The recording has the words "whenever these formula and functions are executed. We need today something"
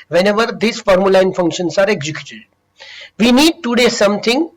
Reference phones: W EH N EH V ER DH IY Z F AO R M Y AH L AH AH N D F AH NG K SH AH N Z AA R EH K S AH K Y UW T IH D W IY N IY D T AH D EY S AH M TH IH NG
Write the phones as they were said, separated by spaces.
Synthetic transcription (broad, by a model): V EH N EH V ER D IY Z F AO R M Y AH L AH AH N F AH NG K SH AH N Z AA R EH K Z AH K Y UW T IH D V IY N IY D T AH D EY S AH M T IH NG